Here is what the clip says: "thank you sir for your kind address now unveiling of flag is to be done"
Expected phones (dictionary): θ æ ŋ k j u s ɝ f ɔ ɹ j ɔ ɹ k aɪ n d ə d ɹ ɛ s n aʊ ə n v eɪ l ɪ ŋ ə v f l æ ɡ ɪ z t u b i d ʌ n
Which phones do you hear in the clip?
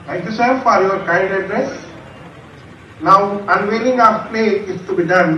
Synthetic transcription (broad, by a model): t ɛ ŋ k j u s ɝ f ɔ ɹ j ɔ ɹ k aɪ n d ə d ɹ ɛ s n aʊ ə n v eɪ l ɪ ŋ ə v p l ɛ ɪ s t u b i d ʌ n